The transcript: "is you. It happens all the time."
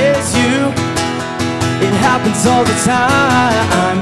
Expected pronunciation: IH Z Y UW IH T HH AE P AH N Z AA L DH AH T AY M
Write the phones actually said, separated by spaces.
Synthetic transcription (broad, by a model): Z Y UW IH T HH AE P AH N Z AA L DH AH T AY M